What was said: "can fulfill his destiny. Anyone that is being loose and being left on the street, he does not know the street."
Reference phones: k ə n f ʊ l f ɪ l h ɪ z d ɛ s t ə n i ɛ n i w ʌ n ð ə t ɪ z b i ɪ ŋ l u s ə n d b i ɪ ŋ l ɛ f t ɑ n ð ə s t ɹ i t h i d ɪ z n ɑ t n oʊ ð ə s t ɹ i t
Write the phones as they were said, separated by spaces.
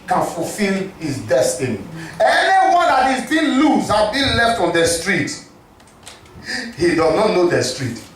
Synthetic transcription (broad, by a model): k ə n f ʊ l f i l h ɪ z d ɛ s t ə n i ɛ n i w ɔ n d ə t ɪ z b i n l u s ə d b i l ɛ f t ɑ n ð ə s t ɹ i t h i d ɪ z n ɑ t n oʊ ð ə s t ɹ i t